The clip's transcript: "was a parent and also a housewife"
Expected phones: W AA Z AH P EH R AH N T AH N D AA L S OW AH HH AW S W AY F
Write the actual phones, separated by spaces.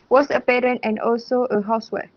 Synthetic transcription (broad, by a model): W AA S AH P EH R AH N T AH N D AA L S OW AH HH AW S W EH